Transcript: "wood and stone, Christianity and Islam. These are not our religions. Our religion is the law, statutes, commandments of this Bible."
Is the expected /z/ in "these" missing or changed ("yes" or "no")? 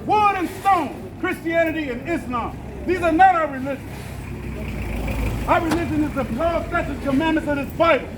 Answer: no